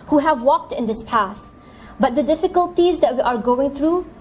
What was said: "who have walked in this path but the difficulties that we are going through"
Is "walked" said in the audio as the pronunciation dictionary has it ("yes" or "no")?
yes